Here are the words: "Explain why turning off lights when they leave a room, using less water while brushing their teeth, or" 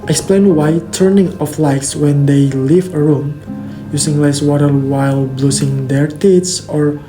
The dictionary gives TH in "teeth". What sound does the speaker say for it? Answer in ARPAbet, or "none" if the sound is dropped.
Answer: S